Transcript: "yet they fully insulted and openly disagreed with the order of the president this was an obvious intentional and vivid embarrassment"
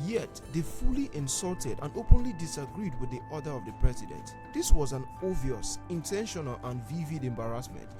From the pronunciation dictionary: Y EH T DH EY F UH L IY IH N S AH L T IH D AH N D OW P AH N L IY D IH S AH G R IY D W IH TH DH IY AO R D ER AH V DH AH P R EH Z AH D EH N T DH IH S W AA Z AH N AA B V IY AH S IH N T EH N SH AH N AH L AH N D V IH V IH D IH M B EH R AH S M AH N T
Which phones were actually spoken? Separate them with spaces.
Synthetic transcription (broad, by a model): Y EH T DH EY F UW L IY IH N S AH L T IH D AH N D OW P AH N L IY D IH S AH G R IY D W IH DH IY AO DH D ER AH V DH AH P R EH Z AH D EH N T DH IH S W AA Z AH N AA V IY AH S IH N T EH N SH AH N AH L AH N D V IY V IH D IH M B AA R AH S M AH N T